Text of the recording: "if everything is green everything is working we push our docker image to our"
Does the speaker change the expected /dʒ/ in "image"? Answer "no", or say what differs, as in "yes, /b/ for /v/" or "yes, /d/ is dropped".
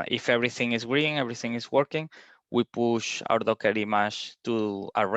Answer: yes, /ʃ/ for /dʒ/